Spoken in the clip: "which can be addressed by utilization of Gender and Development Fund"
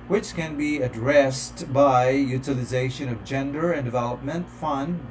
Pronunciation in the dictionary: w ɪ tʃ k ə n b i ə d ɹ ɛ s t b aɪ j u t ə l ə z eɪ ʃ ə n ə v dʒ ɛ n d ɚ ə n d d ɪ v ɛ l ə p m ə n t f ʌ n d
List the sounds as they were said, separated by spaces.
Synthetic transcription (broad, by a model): w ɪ tʃ k ə n b i ə d ɹ ɛ s t b aɪ j u t ə l ə z eɪ ʃ ə n ə v dʒ ɛ n d ɚ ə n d d ɪ v ɛ l ə p m ə n t f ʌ n d